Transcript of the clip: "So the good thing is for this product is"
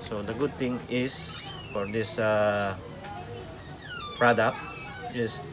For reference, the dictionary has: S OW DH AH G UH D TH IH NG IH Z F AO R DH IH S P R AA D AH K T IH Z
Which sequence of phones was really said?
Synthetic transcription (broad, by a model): S OW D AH G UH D T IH NG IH S F AO R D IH S P R AA D AH K T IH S